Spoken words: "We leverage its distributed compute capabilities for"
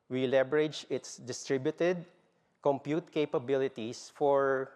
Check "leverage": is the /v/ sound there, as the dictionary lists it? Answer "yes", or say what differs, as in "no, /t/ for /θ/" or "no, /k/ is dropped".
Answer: no, /b/ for /v/